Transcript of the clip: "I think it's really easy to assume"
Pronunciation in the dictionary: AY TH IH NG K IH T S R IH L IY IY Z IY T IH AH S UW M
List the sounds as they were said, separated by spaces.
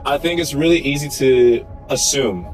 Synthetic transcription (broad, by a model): AY TH IH NG K IH T S R IH L IY IY Z IY T IH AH S UW M